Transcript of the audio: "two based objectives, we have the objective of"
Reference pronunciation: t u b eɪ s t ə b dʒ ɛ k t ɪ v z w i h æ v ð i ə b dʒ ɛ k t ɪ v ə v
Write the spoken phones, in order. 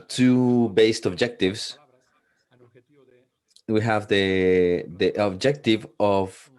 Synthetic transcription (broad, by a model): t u b eɪ s t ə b dʒ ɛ k t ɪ v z w i h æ v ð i ə b dʒ ɛ k t ɪ v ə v